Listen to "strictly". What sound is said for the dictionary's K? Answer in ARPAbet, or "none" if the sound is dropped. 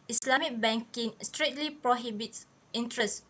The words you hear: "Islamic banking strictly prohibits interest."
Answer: none